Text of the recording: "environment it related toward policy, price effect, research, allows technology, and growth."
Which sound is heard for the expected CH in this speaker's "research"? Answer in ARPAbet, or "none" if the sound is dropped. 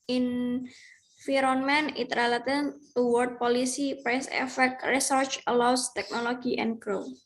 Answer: CH